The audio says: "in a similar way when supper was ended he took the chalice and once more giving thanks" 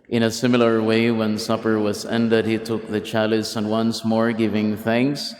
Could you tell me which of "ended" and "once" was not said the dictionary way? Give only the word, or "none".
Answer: none